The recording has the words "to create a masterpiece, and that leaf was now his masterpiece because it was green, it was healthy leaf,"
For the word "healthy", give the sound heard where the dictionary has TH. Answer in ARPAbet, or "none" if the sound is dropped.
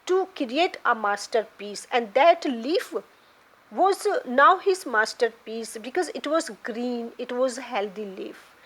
T